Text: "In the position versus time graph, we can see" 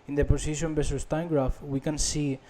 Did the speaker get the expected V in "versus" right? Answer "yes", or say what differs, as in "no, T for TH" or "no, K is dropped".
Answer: no, B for V